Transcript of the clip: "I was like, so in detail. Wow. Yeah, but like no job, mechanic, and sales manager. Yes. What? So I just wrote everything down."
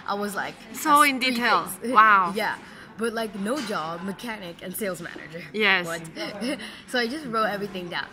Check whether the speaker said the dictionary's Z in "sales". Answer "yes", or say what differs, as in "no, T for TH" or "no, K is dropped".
yes